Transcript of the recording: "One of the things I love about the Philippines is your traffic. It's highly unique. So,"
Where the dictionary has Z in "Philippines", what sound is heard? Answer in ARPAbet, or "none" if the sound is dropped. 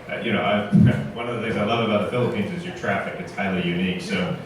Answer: Z